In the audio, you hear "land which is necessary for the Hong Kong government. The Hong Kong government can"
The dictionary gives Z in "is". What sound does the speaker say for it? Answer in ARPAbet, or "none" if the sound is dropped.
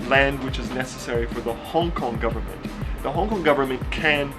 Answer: Z